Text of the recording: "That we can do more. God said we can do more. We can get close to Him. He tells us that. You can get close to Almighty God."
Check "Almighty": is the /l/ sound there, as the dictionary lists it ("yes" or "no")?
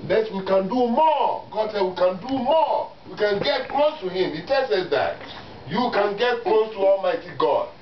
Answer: yes